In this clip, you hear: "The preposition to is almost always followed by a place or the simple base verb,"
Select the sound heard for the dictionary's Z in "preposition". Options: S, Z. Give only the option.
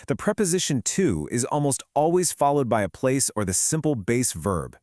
Z